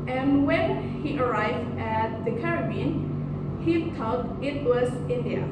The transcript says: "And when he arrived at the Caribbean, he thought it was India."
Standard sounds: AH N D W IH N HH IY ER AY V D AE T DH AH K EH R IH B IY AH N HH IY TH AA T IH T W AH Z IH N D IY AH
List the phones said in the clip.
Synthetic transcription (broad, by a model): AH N W IH N HH IY ER AY V D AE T DH AH K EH R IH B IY N HH IY T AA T IH T W AH Z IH N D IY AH